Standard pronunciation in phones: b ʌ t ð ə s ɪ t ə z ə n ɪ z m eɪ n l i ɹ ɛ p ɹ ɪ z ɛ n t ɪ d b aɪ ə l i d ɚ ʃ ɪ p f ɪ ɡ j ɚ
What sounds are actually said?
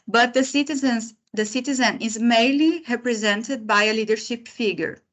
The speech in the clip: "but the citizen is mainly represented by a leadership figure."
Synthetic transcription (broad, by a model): b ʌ t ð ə s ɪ t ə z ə n ɪ z m eɪ n l i ɹ ɛ p ɹ ɪ z ɛ n t ɪ d b aɪ ə l i d ɚ ʃ ɪ p f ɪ ɡ j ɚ